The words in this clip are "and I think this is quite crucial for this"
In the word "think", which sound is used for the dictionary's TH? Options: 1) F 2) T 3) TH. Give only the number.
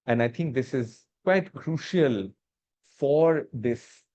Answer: 2